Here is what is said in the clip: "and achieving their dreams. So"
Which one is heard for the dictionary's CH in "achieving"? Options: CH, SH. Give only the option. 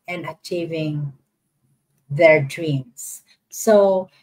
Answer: CH